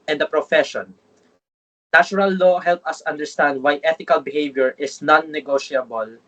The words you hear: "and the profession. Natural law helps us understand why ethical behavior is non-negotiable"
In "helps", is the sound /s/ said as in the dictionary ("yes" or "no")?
no